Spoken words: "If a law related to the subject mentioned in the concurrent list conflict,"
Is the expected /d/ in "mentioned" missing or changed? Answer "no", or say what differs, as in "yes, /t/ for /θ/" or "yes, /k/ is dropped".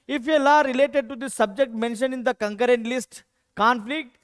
yes, /d/ is dropped